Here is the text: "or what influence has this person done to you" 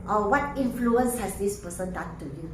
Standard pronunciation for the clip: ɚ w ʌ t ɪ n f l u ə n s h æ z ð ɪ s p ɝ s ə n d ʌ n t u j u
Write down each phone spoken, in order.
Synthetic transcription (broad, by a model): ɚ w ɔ t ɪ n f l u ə n s h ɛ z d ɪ s p ɝ s ə n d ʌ t u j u